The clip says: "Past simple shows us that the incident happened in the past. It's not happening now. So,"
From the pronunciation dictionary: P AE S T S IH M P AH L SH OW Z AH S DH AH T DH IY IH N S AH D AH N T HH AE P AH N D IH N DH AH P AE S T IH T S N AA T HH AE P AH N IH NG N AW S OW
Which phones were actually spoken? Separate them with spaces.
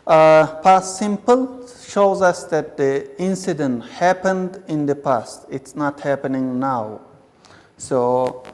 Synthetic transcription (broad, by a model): P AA S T S IH M P AH L SH OW Z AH S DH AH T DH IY IH N S AH D AH N T HH AE P AH N D IH N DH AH P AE S T IH T S N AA T HH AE P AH N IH NG N AW S OW